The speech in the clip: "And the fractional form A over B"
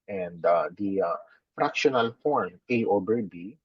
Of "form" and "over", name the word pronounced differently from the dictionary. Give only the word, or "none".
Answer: over